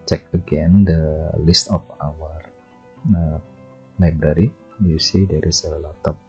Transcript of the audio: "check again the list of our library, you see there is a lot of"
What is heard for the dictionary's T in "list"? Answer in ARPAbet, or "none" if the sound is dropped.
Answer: T